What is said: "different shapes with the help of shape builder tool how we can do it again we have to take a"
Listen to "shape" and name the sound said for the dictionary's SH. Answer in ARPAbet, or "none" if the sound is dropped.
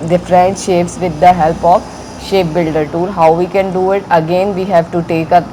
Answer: SH